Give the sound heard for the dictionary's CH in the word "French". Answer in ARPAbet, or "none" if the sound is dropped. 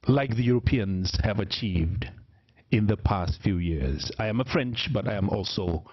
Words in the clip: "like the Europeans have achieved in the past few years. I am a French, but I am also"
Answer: CH